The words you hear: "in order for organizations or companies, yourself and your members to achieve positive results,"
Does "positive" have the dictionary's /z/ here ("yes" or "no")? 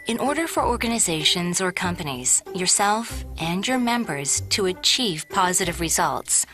yes